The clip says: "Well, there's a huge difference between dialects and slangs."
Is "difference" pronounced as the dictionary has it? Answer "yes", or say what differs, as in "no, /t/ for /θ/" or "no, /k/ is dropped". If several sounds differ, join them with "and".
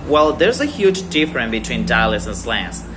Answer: no, /s/ is dropped